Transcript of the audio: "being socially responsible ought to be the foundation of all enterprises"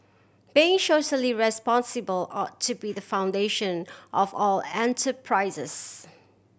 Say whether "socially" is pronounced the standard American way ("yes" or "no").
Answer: no